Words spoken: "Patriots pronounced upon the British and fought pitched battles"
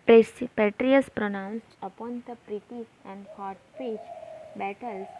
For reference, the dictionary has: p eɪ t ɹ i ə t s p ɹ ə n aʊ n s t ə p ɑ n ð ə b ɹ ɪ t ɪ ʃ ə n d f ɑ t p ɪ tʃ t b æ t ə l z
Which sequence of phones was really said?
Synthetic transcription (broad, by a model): p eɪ t ɹ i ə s p ɹ ə n aʊ n s t ə p ɑ n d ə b ɹ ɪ t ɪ s ə n d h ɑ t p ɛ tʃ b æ t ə l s